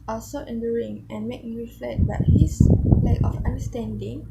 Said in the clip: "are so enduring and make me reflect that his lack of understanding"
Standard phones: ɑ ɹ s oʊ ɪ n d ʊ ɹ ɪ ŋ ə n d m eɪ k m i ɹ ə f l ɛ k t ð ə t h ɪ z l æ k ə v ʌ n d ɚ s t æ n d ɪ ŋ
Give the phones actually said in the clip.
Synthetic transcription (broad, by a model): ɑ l s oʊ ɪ n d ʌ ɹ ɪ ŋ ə n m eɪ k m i ɹ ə f l ɛ t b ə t h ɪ s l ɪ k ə f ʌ n d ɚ s t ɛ n d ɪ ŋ